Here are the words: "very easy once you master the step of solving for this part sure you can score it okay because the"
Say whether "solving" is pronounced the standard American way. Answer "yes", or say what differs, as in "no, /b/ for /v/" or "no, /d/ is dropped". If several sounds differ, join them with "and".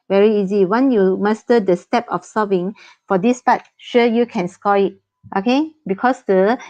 no, /l/ is dropped